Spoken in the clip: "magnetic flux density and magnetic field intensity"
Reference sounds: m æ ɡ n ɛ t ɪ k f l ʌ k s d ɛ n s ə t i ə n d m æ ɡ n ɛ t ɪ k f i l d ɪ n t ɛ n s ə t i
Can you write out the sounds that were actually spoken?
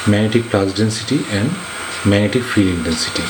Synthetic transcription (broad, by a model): m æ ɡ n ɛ t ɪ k p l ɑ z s d ɛ n s ə t i ə n d m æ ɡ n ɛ t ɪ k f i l ɪ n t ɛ n s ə t i